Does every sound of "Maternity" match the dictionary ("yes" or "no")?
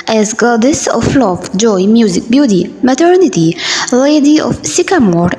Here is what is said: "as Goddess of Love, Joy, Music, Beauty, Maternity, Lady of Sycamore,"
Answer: yes